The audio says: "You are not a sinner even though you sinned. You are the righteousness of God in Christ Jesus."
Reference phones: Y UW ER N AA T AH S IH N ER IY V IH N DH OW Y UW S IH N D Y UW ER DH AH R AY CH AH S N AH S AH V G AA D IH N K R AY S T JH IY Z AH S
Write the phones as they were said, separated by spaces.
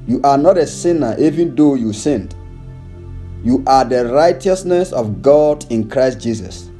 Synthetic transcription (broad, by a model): Y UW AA N AA T AH S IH N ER IY V IH N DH OW Y UW S IH N D Y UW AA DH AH R AY CH AH S N AH S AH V G AA D IH N K R AY S T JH IY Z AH S